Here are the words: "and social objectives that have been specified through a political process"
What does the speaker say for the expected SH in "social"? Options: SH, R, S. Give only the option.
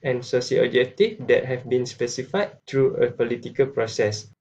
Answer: S